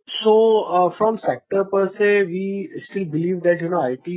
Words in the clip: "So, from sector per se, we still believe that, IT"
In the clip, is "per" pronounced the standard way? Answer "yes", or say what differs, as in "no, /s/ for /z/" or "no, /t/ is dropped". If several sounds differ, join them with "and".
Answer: yes